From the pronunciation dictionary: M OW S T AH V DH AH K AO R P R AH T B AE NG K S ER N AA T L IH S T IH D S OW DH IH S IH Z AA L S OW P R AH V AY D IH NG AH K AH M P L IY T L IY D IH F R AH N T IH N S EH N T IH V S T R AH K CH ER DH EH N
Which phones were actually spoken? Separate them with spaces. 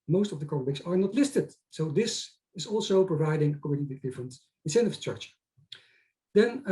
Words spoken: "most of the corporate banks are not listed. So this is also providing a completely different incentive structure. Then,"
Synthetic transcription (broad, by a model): M OW S T AH V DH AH K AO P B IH K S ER N AA T L IH S T IH D S OW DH IH S IH Z AA L S OW P R AH V AY D IH NG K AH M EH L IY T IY D IH F R AH N T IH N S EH N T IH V S T R AH K CH ER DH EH N